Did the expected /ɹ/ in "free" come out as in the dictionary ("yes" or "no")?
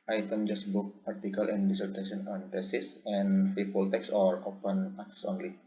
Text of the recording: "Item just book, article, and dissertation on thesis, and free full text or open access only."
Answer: no